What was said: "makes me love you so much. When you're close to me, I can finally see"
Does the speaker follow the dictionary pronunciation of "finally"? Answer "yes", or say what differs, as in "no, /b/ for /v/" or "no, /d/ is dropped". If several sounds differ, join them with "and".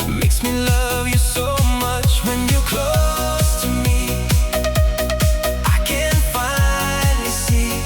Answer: no, /n/ is dropped and /n/ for /l/